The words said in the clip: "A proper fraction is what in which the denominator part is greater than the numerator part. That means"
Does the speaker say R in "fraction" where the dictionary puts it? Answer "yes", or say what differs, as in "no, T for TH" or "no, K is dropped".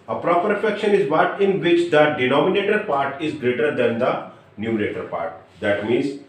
no, R is dropped